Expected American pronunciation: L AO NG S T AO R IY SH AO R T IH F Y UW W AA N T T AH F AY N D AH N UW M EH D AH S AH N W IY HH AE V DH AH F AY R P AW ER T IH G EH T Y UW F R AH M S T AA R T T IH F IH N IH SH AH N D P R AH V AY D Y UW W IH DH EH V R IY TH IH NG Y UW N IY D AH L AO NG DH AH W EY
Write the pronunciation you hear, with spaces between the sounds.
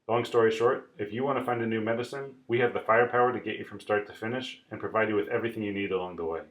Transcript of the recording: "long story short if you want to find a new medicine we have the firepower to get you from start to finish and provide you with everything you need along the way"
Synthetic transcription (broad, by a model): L AO NG S T AO R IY SH AO R T IH F Y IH W AA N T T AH F AY N D AH N UW M EH D AH S AH N W IY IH V DH AH F AY R P AW ER T IH G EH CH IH F R AH M S T AA R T T IH F IH N IH SH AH N P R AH V AY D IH W IH DH EH V R IY TH IH NG Y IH N IY D AH L AO NG DH AH W EY